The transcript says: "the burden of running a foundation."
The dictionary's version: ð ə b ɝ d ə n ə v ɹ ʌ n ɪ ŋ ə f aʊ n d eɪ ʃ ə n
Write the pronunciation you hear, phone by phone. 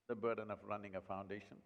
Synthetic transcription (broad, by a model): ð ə b ɝ d ə n ə v ɹ ʌ n ɪ ŋ ə f aʊ n d eɪ ʃ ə n